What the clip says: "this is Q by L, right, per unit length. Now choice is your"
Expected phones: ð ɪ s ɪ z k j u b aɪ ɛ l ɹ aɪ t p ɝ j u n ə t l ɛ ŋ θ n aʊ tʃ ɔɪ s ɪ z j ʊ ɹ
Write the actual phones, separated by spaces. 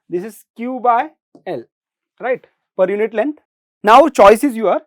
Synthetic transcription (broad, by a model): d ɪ s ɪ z k j u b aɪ ɛ l ɹ aɪ t p ɝ j u n ə t l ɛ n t n aʊ tʃ ɔɪ s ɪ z j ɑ ɹ